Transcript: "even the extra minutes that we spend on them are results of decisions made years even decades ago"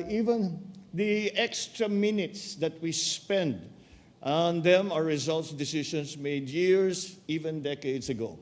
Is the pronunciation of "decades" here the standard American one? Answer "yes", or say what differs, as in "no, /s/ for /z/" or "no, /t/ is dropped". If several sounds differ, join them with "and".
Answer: no, /s/ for /z/